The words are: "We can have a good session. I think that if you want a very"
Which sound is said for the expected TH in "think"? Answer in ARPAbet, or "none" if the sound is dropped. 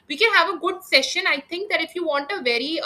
T